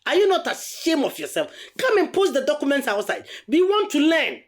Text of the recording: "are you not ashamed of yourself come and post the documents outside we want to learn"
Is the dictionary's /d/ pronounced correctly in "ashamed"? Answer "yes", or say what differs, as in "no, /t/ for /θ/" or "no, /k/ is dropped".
no, /d/ is dropped